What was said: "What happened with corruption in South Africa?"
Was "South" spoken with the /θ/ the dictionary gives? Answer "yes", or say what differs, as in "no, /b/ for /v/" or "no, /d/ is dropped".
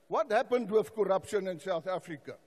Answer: yes